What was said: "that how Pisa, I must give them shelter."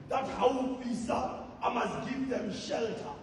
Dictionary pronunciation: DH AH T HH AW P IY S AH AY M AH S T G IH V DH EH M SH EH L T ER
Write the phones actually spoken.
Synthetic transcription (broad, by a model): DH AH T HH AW F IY S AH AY M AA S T G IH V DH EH M SH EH L T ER